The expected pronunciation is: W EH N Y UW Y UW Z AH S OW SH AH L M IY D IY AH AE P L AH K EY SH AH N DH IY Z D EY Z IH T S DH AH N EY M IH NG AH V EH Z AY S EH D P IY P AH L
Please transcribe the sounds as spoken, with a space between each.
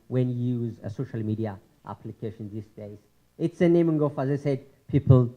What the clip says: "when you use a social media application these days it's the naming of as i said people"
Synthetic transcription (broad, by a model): W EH N Y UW Y UW Z AH S OW SH AH L M IY D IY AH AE P L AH K EY SH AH N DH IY S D EY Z IH T S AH N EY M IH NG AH F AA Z AY S EH D P IY P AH L